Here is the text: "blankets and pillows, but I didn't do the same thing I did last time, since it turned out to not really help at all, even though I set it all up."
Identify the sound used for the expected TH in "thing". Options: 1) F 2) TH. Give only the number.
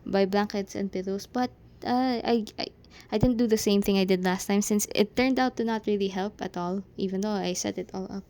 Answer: 2